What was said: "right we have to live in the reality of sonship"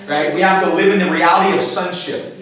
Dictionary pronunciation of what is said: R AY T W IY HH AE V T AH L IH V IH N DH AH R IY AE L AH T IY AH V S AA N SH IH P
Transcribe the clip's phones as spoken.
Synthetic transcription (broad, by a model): R AY T W IY HH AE F T AH L IH V IH N DH AH R IY AE L AH T IY AH V S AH N SH IH P